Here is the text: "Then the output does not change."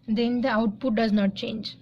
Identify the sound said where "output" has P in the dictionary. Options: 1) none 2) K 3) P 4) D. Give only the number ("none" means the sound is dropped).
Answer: 3